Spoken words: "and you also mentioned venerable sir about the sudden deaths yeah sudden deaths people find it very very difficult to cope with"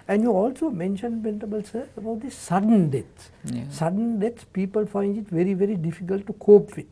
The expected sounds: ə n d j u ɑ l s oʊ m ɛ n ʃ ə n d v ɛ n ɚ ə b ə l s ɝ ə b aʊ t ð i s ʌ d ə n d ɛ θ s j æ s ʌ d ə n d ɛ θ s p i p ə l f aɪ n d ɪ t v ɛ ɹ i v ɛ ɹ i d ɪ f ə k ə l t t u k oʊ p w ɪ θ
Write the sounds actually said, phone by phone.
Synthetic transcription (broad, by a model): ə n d j u ɑ l s oʊ m ɛ n ʃ ə n d p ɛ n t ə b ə l s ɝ ə b aʊ t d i s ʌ d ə n d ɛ t s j s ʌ d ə n d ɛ t s p i p ə l f aɪ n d ɪ t v ɛ ɹ i v ɛ ɹ i d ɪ f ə k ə l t t u k oʊ p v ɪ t